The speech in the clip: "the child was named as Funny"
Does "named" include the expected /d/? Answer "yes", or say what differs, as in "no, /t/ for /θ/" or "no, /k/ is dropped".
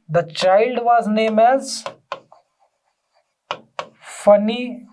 no, /d/ is dropped